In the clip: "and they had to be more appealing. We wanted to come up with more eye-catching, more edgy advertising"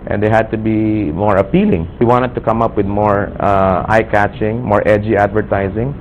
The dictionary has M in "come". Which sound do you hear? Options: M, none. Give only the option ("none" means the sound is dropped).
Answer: M